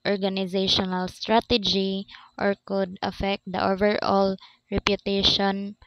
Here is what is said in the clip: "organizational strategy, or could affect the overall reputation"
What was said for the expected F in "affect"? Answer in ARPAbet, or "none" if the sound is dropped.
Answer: F